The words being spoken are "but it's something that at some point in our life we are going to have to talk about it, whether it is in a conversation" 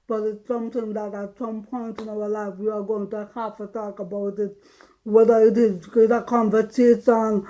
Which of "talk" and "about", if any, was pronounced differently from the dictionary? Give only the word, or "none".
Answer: none